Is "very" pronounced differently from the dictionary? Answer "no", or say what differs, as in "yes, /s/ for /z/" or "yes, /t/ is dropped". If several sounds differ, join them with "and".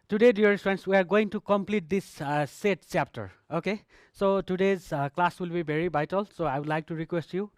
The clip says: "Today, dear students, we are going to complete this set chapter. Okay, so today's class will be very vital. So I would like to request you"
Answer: yes, /b/ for /v/